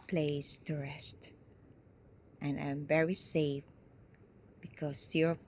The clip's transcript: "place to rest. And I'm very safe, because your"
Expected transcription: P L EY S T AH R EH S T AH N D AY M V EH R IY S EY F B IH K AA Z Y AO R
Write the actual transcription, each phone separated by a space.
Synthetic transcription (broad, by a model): P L EY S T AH R EH S T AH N AY M V EH R IY S EY F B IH K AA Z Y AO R